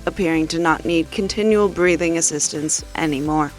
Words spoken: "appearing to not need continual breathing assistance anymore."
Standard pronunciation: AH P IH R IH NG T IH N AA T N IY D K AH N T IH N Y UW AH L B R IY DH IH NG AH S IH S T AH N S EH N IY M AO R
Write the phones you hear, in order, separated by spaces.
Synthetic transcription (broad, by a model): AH P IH R IH NG T IH N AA T N IY D K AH N T IH N Y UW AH L B R IY DH IH NG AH S IH S T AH N S EH N IY M AO R